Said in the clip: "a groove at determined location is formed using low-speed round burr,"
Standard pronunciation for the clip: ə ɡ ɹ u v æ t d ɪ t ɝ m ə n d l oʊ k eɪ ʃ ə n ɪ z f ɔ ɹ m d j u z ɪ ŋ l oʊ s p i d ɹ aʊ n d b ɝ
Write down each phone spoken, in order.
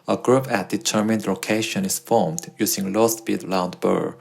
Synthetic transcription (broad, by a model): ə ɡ ɹ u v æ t d ɪ t ɝ m ə n d l oʊ k eɪ ʃ ə n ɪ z f ɔ ɹ m d j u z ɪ ŋ l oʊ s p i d l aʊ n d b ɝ